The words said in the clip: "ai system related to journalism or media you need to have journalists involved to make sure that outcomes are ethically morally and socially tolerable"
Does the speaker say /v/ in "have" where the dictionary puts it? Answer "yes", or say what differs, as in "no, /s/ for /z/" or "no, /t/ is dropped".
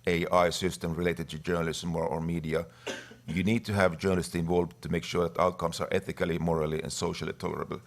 yes